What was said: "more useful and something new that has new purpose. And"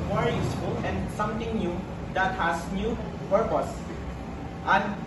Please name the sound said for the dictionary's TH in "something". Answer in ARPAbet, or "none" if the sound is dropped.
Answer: T